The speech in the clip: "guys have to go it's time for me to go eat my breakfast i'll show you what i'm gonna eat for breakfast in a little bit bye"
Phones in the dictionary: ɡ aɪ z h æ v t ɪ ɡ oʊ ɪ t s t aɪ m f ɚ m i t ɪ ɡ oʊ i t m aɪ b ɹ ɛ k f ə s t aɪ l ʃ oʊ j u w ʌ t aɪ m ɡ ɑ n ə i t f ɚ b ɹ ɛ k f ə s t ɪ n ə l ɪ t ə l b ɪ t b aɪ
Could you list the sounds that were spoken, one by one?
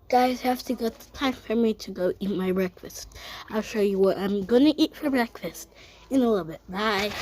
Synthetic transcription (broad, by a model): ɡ aɪ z h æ f t ɪ ɡ oʊ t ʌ t aɪ m f ɚ m i t ɪ ɡ oʊ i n m aɪ b ɹ ɛ k f ə s t aɪ l ʃ oʊ j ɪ w ʌ t aɪ m ɡ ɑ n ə i t f ɚ b ɹ ɛ k f ə s t ɪ n ə l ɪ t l b ɪ t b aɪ